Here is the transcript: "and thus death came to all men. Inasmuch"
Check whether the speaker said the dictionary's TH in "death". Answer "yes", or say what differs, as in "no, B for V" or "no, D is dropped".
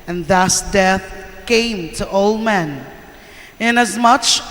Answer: yes